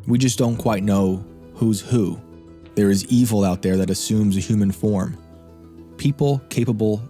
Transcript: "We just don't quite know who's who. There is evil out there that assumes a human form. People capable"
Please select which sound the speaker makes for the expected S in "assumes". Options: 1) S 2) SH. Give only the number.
1